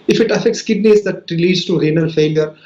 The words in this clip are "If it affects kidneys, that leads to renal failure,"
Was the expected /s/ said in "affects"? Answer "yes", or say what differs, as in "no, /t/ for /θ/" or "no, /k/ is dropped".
yes